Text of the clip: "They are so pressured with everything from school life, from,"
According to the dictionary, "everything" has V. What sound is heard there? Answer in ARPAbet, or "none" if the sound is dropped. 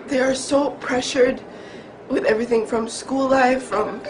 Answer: V